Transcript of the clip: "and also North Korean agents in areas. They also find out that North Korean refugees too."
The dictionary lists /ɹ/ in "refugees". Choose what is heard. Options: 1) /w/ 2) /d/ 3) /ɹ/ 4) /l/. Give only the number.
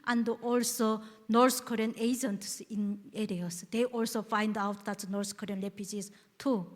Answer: 4